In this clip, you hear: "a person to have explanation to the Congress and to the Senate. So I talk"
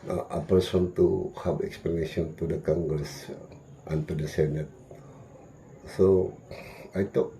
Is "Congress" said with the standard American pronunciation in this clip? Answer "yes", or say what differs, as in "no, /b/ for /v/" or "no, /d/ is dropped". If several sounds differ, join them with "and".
no, /ɹ/ is dropped